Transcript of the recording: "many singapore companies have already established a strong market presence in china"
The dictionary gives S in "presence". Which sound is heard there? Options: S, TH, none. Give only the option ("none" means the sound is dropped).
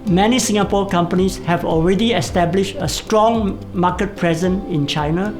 none